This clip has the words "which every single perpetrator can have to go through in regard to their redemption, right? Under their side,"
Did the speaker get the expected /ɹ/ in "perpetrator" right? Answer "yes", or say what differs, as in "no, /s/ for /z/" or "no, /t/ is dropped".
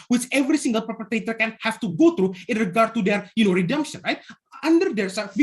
no, /ɹ/ is dropped